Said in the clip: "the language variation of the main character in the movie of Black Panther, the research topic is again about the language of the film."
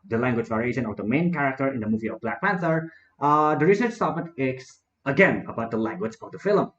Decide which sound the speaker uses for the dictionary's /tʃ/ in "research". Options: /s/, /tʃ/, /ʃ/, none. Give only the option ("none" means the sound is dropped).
/s/